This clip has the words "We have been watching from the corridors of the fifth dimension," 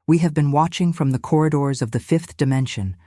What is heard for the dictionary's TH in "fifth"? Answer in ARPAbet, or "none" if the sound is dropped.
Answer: TH